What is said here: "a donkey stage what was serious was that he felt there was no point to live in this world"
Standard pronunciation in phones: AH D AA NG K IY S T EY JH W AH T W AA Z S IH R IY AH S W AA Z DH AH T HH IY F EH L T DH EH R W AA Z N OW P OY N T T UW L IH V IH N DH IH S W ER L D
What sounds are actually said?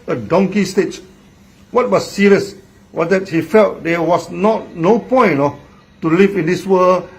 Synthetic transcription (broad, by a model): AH D AA NG K IY S T EY CH W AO T W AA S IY R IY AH S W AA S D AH T HH IY F EH L T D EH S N AA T N OW P OY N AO T UW L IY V IH N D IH S W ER L